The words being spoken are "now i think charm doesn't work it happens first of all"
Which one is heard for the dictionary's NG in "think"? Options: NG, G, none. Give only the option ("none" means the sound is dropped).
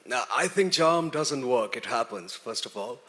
NG